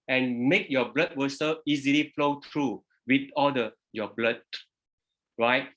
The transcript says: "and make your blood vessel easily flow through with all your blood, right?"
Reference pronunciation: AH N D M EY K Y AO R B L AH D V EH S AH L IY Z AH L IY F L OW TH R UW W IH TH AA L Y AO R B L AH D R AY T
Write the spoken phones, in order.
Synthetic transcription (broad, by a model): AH N M EY K Y AO B L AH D W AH S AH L IY Z AH L IY F L OW T R UW W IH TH AA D Y AO B L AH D R AY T